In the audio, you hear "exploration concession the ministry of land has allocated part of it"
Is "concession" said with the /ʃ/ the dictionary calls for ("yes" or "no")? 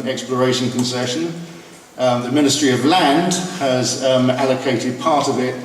yes